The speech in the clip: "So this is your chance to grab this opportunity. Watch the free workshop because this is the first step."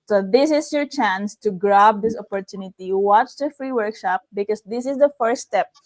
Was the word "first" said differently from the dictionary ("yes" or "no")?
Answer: yes